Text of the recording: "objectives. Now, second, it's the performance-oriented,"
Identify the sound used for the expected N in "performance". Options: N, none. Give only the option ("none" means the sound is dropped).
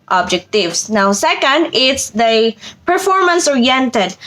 N